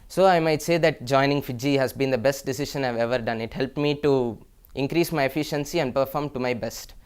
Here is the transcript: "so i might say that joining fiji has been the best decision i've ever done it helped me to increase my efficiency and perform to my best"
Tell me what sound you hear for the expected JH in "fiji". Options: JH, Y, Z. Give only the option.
JH